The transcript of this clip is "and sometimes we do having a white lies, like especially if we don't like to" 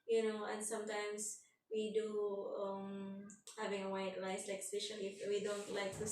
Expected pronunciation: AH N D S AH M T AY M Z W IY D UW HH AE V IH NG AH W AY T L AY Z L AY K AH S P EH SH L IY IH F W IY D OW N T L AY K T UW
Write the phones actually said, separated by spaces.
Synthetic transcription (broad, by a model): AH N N S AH M T AY M S W IY D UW HH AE V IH NG AH W AY T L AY S L AY K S IH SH IY IH F W IY D OW N T L AY K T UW